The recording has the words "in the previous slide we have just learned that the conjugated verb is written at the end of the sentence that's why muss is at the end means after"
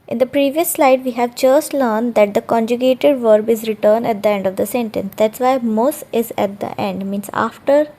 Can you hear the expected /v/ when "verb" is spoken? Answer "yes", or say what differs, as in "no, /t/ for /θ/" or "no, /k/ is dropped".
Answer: yes